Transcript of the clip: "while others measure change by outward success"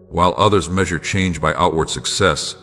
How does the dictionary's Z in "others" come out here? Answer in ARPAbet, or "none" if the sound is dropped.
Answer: Z